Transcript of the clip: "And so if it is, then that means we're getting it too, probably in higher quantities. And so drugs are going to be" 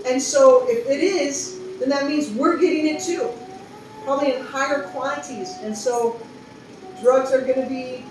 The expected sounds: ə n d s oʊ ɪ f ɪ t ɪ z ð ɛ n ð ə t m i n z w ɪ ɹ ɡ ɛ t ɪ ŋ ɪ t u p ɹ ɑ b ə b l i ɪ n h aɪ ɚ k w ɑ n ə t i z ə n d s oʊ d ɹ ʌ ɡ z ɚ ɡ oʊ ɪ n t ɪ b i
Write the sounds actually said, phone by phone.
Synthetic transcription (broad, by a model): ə n s oʊ ɪ f ɪ t ɪ z ð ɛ n ð ə t m i n z w ɪ ɹ ɡ ɛ t ɪ ŋ ɪ t u p ɹ ɑ b ə b l i ɪ n h aɪ ɚ k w ɑ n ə t i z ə n s oʊ d ɹ ʌ ɡ z ɚ ɡ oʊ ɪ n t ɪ b i